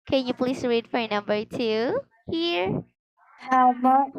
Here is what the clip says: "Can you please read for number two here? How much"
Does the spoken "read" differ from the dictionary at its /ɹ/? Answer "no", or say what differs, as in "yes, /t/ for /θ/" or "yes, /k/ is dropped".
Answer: no